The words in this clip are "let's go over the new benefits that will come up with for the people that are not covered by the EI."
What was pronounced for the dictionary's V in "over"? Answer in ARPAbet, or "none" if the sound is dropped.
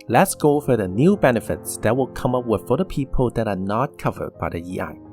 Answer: F